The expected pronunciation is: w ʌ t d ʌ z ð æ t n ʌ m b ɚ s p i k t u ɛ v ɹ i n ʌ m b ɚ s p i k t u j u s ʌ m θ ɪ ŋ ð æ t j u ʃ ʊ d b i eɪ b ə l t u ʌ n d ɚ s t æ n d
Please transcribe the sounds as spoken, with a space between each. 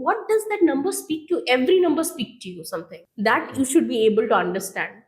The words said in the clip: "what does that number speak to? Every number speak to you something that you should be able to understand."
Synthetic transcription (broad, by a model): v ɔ t d ʌ z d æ t n ʌ m b ɚ s p i k t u ɛ v ɹ i n ʌ m b ɚ s p i k t u j u s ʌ m t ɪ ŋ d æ t j u ʃ ʊ d b i eɪ b ə l t u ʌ n d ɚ s t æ n d